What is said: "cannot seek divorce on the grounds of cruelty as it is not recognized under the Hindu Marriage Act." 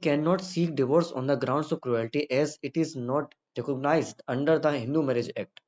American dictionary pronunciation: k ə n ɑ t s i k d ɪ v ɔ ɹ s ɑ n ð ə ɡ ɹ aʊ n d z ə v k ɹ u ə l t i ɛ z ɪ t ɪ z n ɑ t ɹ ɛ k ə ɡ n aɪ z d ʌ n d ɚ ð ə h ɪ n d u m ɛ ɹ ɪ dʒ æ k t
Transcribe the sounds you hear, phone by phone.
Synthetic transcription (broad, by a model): k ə n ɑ t s i k d ɪ v ɔ ɹ s ɑ n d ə ɡ ɹ aʊ n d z ə v k ɹ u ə l t i ɛ z ɪ t ɪ z n ɑ t ɹ ɛ k ə ɡ n aɪ z d ʌ n d ɚ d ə h ɪ n d u m ɛ ɹ ɪ dʒ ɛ k t